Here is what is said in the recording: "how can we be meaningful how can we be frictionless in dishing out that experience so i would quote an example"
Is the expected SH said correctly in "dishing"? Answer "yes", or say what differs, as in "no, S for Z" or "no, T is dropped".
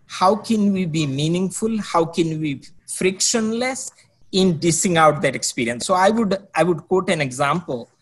no, S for SH